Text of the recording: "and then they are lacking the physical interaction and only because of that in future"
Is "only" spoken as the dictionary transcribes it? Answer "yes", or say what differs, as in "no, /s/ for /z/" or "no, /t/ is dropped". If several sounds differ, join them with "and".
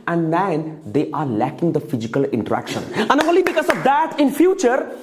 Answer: no, /n/ is dropped